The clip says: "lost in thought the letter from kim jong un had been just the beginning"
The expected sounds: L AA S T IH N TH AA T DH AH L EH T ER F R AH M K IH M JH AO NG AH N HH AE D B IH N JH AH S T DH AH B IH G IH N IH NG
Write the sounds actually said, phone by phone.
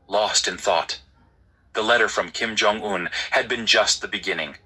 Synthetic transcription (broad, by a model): L AA S T IH N TH AA T DH AH L EH T ER F R AH M K IH M JH AO NG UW N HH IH D B IH N JH AH S T DH AH B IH G IH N IH NG